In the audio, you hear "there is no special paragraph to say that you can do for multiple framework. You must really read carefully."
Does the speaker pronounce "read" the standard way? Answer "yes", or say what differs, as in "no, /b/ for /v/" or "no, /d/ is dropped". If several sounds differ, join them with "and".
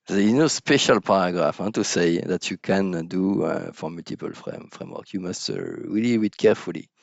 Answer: no, /w/ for /ɹ/